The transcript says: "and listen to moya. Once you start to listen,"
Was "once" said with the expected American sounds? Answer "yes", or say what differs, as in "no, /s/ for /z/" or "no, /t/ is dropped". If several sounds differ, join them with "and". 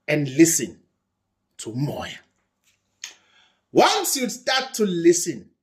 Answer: no, /l/ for /n/